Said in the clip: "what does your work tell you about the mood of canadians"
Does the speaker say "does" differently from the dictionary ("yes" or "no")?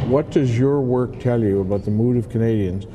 no